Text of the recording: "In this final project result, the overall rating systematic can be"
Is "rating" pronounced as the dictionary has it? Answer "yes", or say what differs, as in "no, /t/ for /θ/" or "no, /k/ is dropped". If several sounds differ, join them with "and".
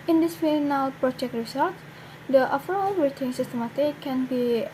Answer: no, /w/ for /ɹ/